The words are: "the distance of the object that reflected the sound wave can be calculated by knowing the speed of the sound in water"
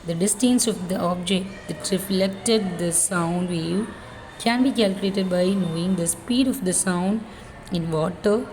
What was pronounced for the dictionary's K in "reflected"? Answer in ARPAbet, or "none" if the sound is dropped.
K